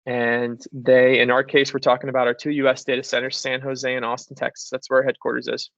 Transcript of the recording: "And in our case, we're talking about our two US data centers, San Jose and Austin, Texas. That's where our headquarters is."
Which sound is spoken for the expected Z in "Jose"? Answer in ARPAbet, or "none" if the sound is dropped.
Z